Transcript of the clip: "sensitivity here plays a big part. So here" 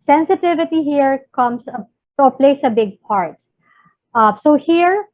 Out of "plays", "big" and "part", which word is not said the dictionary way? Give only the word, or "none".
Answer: plays